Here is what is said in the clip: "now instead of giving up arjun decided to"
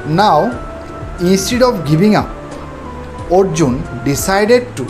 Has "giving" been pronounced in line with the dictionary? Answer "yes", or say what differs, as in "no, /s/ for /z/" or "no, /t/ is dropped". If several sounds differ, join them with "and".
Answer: no, /b/ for /v/